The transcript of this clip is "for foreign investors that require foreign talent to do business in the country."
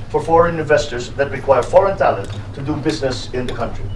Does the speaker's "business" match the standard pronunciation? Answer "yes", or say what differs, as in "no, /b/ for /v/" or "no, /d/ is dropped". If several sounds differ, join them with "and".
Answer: yes